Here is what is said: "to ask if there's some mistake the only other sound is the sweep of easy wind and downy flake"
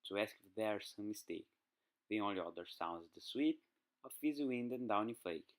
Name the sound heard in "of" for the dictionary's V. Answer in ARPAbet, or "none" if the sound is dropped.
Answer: F